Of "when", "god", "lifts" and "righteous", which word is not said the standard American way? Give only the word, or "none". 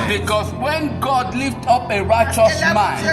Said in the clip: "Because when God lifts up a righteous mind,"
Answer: lifts